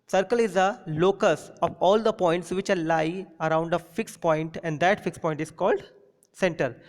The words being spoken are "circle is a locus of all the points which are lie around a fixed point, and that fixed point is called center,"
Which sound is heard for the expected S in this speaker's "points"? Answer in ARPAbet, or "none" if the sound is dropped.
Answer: S